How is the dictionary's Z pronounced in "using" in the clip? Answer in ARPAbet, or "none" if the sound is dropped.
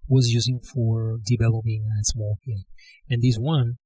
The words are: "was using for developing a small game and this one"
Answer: Z